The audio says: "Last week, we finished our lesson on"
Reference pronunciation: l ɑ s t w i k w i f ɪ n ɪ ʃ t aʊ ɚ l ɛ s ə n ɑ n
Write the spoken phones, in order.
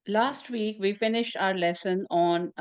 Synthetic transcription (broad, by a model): l ɑ s t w i k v i f ɪ n ɪ ʃ t aʊ ɚ l ɛ s ə n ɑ n